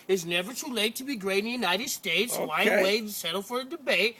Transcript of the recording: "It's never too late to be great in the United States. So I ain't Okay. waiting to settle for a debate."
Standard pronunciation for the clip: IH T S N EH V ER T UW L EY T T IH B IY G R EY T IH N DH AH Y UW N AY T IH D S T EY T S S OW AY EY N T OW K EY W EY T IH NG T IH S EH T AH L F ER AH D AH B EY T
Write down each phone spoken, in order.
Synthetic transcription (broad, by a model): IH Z N EH V ER T UW L EY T T IH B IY G R EY IH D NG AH Y UW N AY T IH D S T EY T S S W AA IH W EY IH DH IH S EH T L F ER AH D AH B EY T